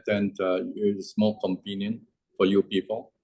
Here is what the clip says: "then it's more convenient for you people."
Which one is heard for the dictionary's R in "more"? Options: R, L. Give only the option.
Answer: L